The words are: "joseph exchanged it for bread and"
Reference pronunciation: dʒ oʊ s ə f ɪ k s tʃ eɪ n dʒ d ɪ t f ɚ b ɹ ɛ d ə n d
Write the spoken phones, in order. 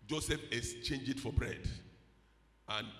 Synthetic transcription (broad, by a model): dʒ oʊ s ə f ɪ s tʃ eɪ n dʒ ɪ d f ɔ b ɹ ɛ d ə n